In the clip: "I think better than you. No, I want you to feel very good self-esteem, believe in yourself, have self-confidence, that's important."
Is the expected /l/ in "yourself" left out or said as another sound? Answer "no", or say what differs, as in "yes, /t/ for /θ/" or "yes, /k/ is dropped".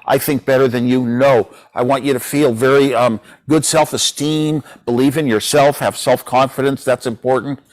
no